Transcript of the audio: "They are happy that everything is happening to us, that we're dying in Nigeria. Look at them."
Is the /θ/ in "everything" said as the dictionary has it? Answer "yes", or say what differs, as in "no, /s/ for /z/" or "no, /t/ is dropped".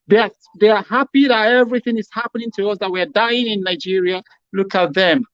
yes